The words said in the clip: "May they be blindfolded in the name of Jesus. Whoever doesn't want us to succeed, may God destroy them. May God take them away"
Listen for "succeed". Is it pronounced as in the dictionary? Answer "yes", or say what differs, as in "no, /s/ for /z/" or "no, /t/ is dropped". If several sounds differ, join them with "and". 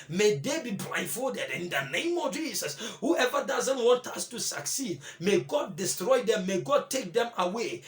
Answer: yes